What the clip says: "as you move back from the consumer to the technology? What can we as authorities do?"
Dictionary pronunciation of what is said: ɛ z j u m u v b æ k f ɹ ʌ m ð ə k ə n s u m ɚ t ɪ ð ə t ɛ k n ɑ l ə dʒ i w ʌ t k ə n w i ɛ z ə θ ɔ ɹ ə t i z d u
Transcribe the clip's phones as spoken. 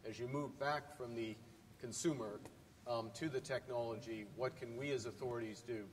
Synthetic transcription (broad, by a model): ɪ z j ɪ m u v b æ k f ɹ ʌ m ð ə k ə n s u m ɚ t ɪ ð ə t ɛ k n ɑ l ə dʒ i w ʌ t k ə n w i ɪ z ə θ ɔ ɹ ə t i z d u